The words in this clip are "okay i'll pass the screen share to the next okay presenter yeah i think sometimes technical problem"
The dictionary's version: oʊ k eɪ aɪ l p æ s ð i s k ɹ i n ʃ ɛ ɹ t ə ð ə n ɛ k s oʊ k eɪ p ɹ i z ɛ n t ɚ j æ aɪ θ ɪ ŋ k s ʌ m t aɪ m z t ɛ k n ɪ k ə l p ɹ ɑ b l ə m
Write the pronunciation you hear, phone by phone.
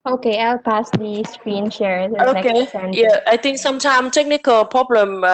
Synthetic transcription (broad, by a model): oʊ k eɪ aɪ l p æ s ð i s k ɹ i n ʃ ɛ ɹ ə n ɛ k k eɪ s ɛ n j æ aɪ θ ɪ ŋ k s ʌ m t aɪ m t ɛ k n ɪ k ə l p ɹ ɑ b l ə m